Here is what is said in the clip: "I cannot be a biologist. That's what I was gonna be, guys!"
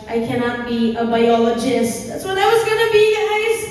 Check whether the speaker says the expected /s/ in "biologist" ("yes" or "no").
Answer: yes